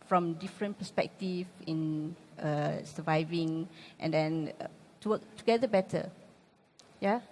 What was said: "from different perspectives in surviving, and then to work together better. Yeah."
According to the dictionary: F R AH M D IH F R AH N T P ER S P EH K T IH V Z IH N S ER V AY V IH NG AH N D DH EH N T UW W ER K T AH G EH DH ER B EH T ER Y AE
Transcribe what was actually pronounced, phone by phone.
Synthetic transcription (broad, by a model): F R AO M D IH F R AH N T P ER S P EH K T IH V IH N S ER V AY V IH NG AH N D EH N T UW W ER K T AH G EH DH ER B EH T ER Y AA